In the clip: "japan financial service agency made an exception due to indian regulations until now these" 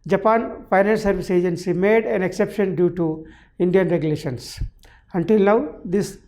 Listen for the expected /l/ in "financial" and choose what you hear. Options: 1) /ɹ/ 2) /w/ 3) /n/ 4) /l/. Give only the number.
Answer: 3